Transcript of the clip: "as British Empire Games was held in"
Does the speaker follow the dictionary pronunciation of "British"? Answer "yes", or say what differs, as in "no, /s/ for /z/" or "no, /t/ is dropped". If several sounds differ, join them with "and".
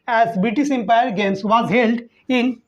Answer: no, /s/ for /ʃ/